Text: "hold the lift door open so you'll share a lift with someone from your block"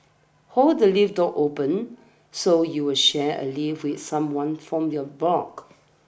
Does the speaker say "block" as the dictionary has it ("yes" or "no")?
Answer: no